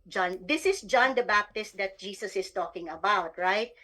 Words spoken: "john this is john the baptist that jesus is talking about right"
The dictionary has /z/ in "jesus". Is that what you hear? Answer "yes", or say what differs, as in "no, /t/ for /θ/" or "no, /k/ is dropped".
no, /s/ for /z/